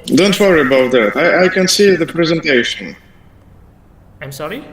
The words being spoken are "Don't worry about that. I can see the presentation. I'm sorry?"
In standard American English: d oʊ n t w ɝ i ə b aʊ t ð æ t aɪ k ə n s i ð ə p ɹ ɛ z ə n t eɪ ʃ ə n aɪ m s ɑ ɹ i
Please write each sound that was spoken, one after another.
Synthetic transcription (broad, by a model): d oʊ n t w ɝ i ə b aʊ t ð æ t aɪ k ə n s i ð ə p ɹ ɛ z ə n t eɪ ʃ ə n aɪ m s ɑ ɹ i